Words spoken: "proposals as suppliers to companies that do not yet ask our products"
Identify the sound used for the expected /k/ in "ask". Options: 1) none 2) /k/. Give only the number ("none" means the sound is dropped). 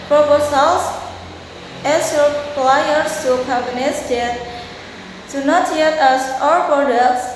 1